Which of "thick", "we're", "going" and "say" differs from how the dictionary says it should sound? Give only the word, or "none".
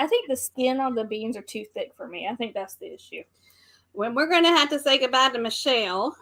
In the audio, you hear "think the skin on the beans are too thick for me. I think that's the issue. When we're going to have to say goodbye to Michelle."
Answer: none